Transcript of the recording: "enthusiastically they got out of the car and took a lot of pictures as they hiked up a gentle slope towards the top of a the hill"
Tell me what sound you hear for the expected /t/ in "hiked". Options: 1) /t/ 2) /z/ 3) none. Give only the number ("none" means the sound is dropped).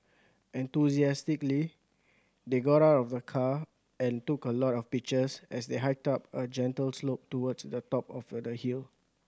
1